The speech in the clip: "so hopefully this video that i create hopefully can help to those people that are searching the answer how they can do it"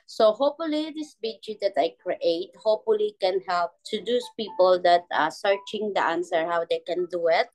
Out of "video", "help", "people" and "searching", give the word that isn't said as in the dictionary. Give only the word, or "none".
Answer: video